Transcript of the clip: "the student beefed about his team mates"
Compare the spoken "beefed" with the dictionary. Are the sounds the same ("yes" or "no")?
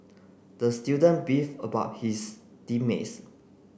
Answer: no